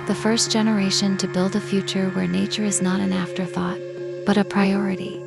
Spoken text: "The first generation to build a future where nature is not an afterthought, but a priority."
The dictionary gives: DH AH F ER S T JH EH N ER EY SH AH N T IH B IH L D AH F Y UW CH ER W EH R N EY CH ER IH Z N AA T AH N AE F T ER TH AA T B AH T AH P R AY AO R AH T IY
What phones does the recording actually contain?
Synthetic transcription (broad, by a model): DH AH F ER S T JH EH N ER EY SH AH N T IH B IH L D AH F Y UW CH ER W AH R N EY CH ER IH Z N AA T AH N AE F T ER TH AA T B AH T AH P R AY AO R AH T IY